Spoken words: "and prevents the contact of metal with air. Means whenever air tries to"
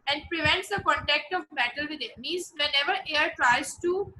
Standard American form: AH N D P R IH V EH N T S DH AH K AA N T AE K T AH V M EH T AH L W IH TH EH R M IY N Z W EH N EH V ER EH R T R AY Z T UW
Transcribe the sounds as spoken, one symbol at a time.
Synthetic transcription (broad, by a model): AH N D P R IH V EH N T S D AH K AA N T AE K T AH V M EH T AH L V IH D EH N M IY Z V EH N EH V ER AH R T R AY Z T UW